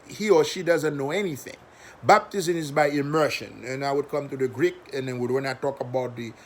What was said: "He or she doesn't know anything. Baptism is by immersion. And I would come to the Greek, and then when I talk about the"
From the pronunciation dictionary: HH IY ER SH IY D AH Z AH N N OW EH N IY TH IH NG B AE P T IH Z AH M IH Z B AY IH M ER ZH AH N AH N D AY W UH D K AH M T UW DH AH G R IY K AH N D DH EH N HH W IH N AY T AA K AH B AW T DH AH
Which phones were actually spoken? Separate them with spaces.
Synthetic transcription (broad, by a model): HH IY ER SH IY D AH Z AH N N OW EH N IY TH IH NG B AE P T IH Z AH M IH Z B AY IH M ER SH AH N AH N AY W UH D K AH M T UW DH AH G R IY K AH N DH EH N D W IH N AY T AA K AH B AW T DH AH